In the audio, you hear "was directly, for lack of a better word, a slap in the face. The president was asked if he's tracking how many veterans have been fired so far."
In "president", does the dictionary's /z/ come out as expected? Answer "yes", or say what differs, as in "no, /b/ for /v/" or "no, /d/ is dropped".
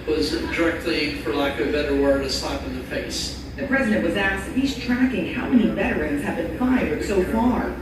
yes